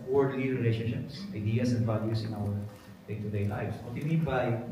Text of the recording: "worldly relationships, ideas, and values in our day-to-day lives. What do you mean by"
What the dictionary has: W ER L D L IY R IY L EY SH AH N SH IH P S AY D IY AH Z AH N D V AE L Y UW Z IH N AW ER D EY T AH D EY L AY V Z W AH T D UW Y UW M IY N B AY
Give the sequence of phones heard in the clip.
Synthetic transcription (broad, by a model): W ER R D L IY R IY L EY SH AH N SH IH P S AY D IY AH S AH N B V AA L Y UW S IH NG AW ER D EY T AH D EY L AY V S W AH T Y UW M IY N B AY